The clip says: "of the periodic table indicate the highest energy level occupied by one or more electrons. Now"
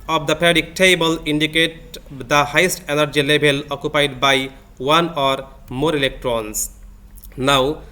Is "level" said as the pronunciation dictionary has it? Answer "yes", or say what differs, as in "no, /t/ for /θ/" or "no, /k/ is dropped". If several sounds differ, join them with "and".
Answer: no, /b/ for /v/